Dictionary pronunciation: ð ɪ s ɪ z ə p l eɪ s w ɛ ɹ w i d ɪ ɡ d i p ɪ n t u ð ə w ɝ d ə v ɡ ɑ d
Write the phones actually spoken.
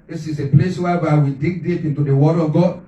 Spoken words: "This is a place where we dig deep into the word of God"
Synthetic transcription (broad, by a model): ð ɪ s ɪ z ə p l eɪ s w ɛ w w i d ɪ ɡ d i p ɪ n t u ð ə w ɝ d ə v ɡ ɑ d